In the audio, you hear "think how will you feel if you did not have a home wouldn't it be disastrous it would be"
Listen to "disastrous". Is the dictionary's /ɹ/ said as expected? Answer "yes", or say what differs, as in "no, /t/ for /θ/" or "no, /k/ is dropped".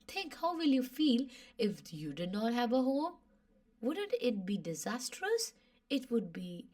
yes